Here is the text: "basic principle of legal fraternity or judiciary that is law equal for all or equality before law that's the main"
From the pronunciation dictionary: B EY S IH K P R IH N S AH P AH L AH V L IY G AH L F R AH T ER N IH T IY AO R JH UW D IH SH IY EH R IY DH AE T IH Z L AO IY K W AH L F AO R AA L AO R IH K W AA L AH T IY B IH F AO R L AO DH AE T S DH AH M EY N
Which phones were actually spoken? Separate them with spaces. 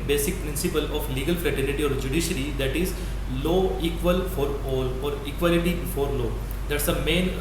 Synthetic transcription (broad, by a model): B EY S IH K P R IH N S AH P AH L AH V L IY G AH L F L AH T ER L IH T IY AO R JH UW D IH SH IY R IY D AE T IH Z L AO IY K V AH L F AO R AA L AO R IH K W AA L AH T IY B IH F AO R L AO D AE T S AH M EY N